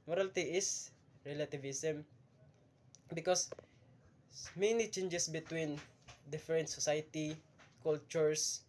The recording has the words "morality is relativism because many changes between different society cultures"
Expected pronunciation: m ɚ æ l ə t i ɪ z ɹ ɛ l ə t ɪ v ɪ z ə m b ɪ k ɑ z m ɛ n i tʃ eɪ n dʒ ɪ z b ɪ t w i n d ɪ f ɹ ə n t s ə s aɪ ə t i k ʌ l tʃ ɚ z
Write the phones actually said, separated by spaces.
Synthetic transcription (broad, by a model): m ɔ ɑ l t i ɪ s ɹ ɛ l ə t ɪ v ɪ s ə m b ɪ k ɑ s m ɛ n i tʃ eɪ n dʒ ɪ s b ɪ t w i n d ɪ f ɹ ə n t s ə s aɪ t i k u l tʃ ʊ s